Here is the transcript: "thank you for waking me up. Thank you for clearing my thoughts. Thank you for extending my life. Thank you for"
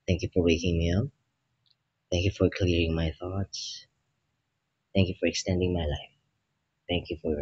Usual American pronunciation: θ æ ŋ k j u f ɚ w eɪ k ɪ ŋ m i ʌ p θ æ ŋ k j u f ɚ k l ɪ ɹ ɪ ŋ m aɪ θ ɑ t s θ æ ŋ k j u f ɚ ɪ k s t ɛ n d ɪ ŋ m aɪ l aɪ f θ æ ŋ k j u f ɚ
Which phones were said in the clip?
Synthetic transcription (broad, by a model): θ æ ŋ k j u f ɚ w eɪ k ɪ ŋ m i ʌ p θ æ ŋ k j u f ɚ k l ɪ ɹ ɪ ŋ m aɪ θ ɑ t s θ æ ŋ k j u f ɚ ɪ k s t ɛ n d ɪ ŋ m aɪ l aɪ f θ æ ŋ k j u f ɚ